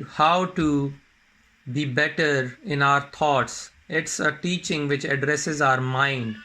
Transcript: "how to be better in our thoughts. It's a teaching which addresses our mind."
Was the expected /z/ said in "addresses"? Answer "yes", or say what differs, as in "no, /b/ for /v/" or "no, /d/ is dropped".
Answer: yes